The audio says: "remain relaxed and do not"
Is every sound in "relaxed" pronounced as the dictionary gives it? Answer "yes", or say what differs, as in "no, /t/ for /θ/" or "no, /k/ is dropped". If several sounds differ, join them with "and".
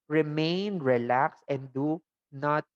no, /t/ is dropped